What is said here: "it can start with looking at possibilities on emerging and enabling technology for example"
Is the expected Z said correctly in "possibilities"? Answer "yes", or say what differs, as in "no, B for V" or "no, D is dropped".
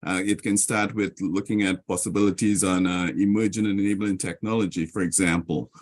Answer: yes